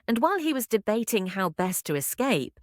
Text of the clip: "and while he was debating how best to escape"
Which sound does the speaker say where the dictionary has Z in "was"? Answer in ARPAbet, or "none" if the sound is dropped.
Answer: Z